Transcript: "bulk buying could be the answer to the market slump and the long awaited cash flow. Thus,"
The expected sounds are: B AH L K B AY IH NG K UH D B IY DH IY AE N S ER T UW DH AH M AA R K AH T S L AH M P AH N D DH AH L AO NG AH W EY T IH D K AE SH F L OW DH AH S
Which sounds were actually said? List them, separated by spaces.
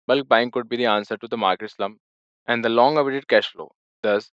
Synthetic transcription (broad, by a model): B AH L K B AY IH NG K UH D B IY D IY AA N S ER T UW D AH M AA R K AH T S L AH M AH N D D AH L AO NG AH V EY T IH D K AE SH F L OW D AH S